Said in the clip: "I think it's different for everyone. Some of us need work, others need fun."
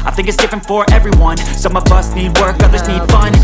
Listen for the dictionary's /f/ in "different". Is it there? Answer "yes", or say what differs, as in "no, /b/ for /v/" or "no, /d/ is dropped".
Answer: yes